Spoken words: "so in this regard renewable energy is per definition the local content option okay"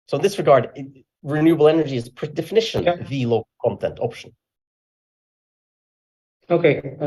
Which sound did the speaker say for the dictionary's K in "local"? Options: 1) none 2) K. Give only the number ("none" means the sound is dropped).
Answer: 1